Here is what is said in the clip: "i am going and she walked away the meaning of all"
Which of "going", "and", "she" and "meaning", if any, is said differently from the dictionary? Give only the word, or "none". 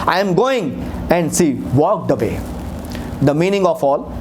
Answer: she